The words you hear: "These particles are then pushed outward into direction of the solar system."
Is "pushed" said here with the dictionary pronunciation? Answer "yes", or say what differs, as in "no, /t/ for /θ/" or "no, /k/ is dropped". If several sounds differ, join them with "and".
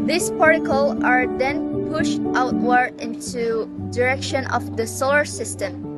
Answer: yes